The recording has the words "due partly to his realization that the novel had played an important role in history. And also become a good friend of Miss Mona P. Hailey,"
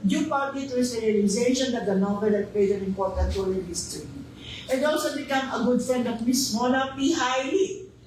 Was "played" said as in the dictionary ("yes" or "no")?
no